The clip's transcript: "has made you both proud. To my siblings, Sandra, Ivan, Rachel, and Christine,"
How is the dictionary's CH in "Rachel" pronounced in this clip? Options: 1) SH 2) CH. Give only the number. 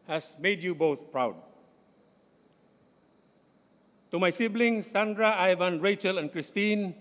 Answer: 2